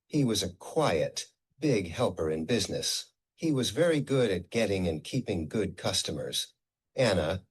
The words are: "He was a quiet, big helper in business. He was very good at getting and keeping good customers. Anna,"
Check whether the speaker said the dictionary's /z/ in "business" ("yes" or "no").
yes